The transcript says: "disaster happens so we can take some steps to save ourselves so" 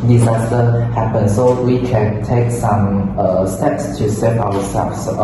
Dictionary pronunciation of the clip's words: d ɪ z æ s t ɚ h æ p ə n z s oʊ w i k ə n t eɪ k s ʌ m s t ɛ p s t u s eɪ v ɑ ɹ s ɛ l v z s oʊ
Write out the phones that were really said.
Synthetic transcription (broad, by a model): d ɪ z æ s t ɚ h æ p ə n s oʊ w i k ə n t eɪ k s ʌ m s t ɛ p s t u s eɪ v ɑ w s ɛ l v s